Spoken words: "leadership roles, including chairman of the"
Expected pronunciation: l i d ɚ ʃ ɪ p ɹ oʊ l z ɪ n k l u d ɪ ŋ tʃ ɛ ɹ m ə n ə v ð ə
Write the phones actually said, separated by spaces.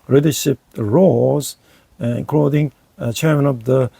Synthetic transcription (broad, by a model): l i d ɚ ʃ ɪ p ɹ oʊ z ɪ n k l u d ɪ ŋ tʃ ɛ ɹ m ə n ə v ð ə